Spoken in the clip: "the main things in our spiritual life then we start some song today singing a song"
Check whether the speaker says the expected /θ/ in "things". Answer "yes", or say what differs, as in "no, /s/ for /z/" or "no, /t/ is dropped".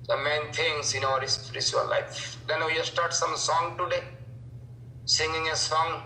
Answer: no, /t/ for /θ/